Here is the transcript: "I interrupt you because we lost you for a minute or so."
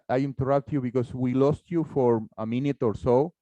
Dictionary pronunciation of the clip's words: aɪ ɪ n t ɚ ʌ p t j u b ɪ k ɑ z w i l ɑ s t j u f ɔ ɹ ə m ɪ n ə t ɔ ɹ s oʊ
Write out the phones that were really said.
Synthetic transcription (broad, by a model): aɪ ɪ n t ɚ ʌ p t j u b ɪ k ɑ s w i l ɑ s t j u f ɔ ɹ ə m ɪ n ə t ɔ ɹ s oʊ